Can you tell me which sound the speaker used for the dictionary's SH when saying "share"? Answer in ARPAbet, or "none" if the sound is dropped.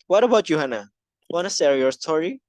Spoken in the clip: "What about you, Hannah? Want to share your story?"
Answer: S